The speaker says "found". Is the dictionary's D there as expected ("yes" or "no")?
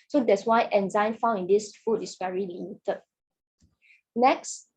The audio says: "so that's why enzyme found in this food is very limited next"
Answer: no